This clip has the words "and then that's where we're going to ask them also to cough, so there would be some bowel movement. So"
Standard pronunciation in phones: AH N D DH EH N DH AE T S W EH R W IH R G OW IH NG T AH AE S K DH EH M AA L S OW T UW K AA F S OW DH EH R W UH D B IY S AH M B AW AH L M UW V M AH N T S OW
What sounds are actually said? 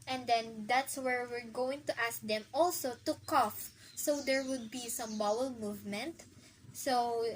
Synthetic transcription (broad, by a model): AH N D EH N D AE T S W EH R W IH R G OW IH NG T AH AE S K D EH M AA L S OW T UW K AA F S OW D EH R W UH D B IY S AH M B AW AH L M UW V M AH N T S OW